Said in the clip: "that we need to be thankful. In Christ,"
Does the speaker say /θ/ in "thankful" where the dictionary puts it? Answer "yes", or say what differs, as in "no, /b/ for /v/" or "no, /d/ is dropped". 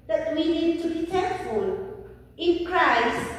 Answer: no, /t/ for /θ/